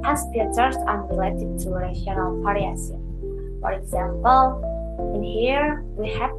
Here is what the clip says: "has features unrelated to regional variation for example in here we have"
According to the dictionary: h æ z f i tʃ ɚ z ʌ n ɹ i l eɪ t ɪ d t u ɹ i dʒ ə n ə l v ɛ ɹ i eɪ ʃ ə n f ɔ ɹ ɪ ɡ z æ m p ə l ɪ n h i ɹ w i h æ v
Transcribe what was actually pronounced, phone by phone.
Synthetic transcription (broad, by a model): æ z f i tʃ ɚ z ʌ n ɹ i l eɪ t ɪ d t u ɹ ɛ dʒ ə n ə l p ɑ ɹ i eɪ s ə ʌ f ɔ ɹ ɪ ɡ z æ m p ə l ɪ n h i ɹ w i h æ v